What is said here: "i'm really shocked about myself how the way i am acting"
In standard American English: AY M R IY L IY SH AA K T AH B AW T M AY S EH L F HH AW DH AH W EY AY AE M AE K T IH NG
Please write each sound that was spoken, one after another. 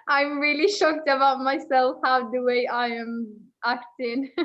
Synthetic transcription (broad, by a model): AY M R IY L IY SH AA K T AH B AW T M AY S EH L F HH AW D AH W EY AY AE M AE K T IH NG